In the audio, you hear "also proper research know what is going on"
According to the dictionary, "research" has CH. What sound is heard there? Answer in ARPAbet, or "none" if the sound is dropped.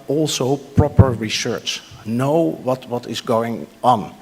CH